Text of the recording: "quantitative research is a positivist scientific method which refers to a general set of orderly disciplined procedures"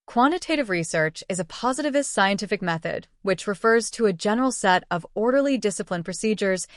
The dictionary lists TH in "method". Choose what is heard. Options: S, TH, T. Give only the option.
TH